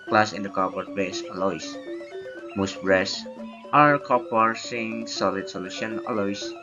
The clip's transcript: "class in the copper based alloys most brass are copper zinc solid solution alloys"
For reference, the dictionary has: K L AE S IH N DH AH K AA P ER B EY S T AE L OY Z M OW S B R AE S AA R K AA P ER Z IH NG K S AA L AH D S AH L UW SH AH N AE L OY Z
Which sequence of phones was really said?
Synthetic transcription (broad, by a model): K L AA S IH N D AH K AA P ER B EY S AA L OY S M OW S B R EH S AA R K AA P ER S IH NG S AA L AH D S AH L UW SH AH N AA L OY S